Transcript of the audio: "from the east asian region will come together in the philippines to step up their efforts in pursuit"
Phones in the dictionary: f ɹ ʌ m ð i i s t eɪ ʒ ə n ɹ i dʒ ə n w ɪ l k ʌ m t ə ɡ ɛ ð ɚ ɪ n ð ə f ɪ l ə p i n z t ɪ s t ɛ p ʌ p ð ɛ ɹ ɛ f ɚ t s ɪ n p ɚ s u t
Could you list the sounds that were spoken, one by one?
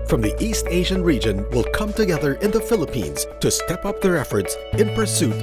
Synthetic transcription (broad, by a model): f ɹ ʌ m ð i i s t eɪ ʒ ə n ɹ i dʒ ə n w ɪ l k ʌ m t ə ɡ ɛ ð ɚ ɪ n ð ə f ɪ l ə p i n z t ɪ s t ɛ p ʌ p ð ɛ ɹ ɛ f ɚ t s ɪ n p ɚ s u t